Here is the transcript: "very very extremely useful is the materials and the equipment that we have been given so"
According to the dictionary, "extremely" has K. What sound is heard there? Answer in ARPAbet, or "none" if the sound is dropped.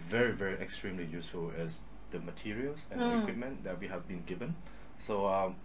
K